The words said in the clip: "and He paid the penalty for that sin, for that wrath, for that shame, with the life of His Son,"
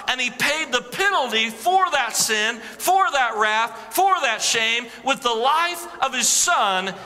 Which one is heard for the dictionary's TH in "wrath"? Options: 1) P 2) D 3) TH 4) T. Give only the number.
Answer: 3